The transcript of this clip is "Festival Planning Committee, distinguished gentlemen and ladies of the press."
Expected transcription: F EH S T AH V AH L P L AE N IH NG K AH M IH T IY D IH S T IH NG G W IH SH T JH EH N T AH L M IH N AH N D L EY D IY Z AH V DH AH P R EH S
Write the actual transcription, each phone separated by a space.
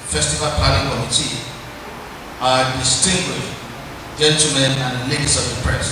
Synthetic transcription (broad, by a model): F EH S T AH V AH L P AA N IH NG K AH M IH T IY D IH S T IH NG G W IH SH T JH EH N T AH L M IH N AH N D L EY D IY S AH V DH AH P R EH S